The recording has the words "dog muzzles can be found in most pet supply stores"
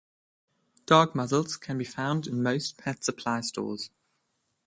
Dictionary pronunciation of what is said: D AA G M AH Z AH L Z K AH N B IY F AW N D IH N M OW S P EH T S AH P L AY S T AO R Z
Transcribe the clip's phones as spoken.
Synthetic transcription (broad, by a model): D AA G M AH Z AH L Z K AH N B IY F AW N D IH N M OW S P EH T S AH P L AY S T AO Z